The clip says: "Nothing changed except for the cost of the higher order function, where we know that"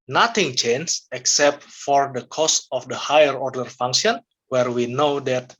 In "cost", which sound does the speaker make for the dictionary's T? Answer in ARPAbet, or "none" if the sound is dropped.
T